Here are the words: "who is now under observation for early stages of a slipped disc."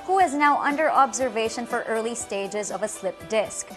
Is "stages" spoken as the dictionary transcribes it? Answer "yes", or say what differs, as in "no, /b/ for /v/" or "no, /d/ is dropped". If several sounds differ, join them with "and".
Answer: yes